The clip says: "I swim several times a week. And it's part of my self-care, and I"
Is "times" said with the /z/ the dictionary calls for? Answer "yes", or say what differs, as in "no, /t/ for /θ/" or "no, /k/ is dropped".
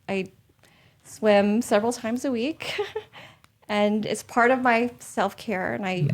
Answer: yes